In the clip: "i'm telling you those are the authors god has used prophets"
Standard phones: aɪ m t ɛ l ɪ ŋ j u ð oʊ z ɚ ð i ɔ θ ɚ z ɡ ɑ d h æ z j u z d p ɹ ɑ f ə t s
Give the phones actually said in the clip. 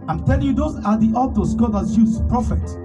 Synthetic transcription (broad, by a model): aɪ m t ɛ l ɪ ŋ j u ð oʊ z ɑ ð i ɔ t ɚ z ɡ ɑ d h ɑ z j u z p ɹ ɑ f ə t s